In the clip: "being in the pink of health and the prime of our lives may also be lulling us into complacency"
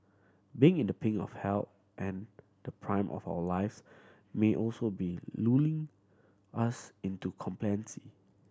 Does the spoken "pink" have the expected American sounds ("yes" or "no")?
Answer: no